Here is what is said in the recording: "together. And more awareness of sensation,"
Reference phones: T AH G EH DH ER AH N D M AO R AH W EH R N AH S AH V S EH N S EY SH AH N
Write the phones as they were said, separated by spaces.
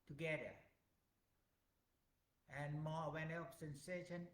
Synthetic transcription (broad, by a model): T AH G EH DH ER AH N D M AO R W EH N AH AH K S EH N S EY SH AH N